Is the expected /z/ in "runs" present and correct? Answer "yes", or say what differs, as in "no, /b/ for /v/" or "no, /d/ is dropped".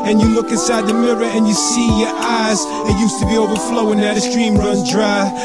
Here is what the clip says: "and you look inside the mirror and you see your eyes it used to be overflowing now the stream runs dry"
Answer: no, /z/ is dropped